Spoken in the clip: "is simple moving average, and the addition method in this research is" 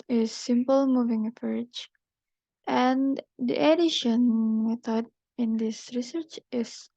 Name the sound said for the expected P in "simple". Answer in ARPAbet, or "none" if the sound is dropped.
P